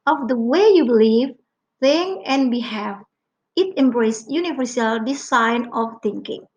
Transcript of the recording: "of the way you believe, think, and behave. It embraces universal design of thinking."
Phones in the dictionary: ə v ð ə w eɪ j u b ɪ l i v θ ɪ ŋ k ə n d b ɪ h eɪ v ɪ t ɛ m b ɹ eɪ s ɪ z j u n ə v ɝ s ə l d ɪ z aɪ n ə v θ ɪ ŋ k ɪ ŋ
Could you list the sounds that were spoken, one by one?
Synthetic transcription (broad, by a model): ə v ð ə w eɪ j u b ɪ l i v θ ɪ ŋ ə n b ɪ h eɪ f ɪ t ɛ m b ɹ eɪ s j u n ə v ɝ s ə l d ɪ s aɪ n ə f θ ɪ ŋ k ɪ ŋ